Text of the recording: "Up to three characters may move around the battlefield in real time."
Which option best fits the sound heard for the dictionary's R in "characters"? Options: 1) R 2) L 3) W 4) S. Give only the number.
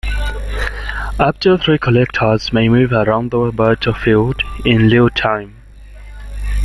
2